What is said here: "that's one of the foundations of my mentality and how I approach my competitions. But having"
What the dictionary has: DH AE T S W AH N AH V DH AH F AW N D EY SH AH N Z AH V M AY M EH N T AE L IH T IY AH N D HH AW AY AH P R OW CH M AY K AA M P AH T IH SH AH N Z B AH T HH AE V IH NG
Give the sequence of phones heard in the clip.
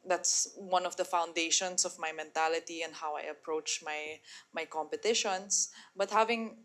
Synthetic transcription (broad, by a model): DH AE T S W AH N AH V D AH F AW N D EY SH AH N S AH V M AY M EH N T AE L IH T IY AH N D HH AW AY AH P R OW CH M AY K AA M P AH T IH SH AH N S B AH T HH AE V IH NG